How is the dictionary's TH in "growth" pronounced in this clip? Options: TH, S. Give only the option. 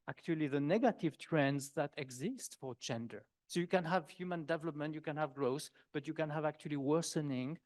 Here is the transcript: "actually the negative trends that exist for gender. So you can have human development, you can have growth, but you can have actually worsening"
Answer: S